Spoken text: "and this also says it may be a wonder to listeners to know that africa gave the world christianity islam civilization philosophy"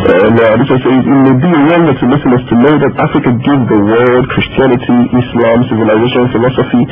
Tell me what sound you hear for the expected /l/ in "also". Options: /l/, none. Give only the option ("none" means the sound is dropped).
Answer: none